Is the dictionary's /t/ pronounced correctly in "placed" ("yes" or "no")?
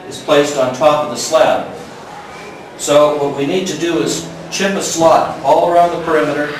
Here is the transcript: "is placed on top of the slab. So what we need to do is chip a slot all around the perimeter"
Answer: yes